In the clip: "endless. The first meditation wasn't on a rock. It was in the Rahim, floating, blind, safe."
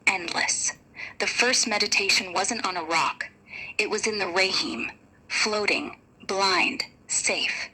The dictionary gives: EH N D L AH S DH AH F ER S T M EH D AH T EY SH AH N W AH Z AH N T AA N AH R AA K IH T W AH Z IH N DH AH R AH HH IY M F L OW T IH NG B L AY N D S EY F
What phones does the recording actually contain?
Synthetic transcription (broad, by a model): EH N D L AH S DH AH F ER S T M EH D AH T EY SH AH N W AH Z AH N T N AH R AA K IH T W AH Z IH N DH AH R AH HH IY M F L OW T IH NG B L AY N D S EY F